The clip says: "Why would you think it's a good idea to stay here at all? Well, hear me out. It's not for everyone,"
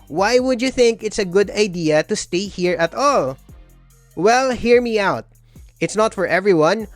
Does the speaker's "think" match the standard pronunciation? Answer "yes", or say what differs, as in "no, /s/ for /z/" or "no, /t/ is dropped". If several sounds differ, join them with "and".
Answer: yes